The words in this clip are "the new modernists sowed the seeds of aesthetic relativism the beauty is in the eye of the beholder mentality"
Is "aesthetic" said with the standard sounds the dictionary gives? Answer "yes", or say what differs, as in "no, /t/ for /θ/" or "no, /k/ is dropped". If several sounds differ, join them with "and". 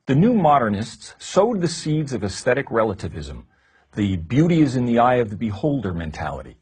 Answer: yes